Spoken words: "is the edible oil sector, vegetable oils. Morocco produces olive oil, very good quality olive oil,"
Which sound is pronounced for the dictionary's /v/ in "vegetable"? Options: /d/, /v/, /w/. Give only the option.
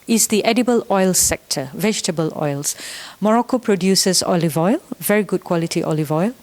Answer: /v/